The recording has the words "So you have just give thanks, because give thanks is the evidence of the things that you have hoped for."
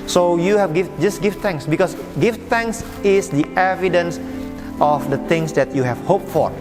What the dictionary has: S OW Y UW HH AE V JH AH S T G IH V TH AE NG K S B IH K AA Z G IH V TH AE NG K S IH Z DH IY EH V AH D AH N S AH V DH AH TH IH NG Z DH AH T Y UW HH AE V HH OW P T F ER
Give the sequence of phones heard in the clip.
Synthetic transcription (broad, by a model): S OW Y UW HH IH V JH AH S G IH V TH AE NG K S B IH K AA S G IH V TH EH NG K S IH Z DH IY EH V AH D AH N S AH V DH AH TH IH NG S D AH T Y UW HH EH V HH OW P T F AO